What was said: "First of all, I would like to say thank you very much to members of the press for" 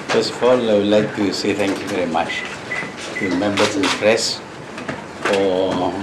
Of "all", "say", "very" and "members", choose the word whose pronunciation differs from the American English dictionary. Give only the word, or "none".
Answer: members